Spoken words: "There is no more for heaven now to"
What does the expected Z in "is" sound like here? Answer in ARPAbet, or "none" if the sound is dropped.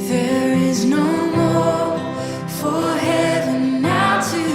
Z